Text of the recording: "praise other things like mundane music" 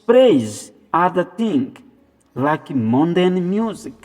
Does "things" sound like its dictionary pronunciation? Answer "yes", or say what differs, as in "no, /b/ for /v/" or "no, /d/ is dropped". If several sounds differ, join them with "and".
no, /t/ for /θ/